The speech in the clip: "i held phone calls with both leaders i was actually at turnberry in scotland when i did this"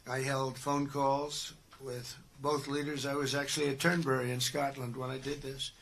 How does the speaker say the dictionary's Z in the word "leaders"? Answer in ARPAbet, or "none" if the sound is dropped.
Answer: Z